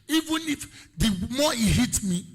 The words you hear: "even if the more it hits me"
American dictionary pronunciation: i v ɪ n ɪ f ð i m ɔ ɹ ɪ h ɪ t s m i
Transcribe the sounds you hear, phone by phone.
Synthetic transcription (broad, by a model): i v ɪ n ɪ f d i m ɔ ɪ h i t m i